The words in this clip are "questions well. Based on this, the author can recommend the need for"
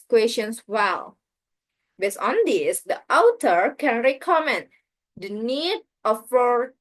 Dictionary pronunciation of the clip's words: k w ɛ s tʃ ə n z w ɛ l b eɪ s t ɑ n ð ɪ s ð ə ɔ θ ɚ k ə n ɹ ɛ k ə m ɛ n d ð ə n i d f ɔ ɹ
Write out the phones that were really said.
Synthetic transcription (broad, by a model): k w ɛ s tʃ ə n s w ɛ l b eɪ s ɑ n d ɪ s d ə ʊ t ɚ k ə n ɹ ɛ k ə m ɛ n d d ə n i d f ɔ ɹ